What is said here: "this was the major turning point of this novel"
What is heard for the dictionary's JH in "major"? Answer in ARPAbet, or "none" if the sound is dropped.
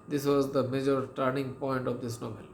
JH